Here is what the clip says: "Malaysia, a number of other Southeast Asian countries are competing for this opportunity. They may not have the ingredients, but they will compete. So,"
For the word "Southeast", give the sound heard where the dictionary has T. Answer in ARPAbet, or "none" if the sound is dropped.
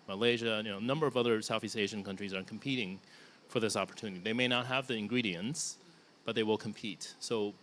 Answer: T